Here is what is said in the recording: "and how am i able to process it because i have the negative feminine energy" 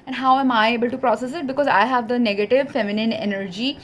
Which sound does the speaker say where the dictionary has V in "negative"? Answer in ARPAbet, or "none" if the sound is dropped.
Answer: V